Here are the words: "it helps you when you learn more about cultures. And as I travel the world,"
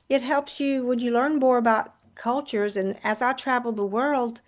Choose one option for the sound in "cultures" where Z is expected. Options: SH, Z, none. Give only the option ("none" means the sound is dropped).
Z